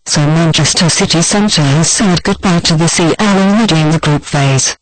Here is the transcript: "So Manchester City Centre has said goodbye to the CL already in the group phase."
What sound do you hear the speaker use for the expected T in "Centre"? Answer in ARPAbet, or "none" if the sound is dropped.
T